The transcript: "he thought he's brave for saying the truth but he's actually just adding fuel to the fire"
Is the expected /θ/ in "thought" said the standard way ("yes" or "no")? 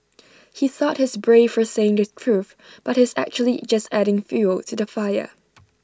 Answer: yes